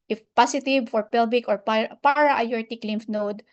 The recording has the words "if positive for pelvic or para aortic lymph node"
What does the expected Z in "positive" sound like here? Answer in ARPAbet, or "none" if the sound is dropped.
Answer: S